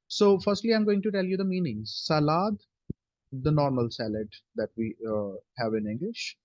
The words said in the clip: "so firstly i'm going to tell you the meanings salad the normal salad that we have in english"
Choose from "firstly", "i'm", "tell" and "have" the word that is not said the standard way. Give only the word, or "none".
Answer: none